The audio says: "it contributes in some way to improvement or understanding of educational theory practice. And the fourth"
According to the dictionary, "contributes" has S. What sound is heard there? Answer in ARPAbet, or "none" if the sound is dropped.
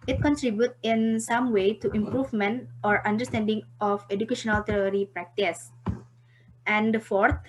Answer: none